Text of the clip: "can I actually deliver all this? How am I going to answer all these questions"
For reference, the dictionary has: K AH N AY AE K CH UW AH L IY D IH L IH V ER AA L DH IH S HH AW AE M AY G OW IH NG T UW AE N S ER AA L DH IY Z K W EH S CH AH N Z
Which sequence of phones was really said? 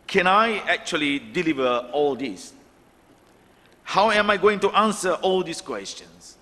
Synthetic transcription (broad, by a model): K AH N AY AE K CH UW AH L IY D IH L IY V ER AA L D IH S HH AW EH M AY G OW IH NG T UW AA N S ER AA L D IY S K W EH S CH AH N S